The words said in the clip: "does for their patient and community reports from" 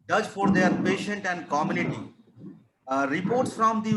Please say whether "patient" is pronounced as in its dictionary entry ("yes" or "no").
yes